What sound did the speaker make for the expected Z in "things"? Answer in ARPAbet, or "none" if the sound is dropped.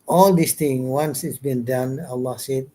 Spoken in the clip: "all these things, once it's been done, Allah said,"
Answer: none